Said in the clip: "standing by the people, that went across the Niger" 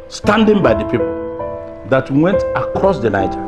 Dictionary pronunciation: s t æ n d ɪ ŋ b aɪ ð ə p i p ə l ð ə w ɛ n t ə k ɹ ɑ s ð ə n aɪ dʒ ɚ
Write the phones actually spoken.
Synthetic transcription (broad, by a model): s t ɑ n d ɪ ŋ b aɪ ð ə p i p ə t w w ɛ n t ə k ɹ ɑ s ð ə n aɪ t